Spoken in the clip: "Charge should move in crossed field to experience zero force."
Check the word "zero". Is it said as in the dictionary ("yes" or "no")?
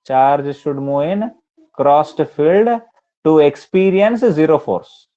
yes